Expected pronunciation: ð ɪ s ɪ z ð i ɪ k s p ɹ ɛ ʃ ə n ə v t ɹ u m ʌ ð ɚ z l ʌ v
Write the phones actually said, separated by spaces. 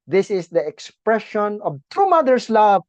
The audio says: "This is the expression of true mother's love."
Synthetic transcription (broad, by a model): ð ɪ s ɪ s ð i ɪ k s p ɹ ɛ ʃ ə n ə v t u m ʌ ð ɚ s l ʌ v